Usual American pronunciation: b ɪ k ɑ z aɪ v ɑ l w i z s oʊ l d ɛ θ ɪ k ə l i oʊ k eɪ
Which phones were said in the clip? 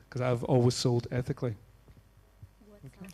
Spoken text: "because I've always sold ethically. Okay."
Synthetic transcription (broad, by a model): k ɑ z aɪ v ɑ l w i z s oʊ l d ɛ θ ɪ k l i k